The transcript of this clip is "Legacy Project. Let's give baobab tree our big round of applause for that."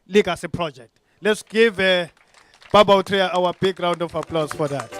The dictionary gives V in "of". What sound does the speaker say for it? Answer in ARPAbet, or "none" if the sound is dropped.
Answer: F